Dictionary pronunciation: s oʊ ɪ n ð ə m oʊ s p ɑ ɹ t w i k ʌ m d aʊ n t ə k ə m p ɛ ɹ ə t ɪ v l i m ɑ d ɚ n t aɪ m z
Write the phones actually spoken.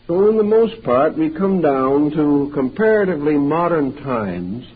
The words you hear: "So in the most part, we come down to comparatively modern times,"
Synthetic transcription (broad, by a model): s oʊ ɪ n ð ə m oʊ s p ɑ ɹ t w i k ʌ m d aʊ n t ə k ə m p ɛ ɹ ə t ɪ v l i m ɑ d ɚ n t aɪ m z